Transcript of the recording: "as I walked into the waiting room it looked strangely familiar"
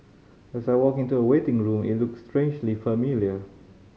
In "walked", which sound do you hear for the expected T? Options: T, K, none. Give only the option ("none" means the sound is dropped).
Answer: none